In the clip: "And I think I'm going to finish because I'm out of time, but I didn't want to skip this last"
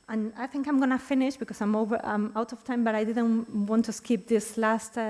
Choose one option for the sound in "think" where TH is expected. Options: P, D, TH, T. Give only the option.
TH